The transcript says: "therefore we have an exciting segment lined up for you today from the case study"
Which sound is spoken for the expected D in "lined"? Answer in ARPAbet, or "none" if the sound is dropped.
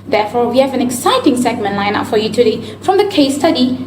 none